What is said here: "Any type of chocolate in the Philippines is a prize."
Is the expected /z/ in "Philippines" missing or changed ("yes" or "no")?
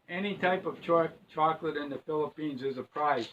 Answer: no